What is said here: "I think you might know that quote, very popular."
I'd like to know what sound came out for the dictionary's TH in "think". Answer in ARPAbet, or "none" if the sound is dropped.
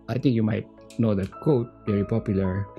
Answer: T